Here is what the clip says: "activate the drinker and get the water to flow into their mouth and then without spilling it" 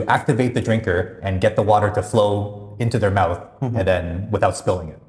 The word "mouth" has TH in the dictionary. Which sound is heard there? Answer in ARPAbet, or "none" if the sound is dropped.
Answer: TH